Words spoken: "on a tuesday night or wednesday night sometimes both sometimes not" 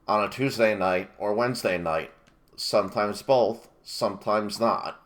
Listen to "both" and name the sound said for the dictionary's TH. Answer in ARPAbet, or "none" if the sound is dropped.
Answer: TH